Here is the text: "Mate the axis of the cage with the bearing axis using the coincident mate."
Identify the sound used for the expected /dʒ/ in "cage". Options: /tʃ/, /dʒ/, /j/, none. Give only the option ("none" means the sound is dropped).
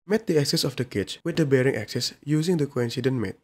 /tʃ/